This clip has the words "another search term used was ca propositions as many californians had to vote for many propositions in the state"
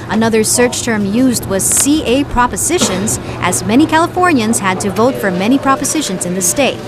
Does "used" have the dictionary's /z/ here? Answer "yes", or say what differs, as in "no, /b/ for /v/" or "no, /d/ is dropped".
yes